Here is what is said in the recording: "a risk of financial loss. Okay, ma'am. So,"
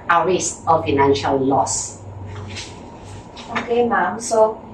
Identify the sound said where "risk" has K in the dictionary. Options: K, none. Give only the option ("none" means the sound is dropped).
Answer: none